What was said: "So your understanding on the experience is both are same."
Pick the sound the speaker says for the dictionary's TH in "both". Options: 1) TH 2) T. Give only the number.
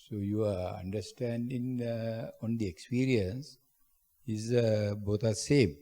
2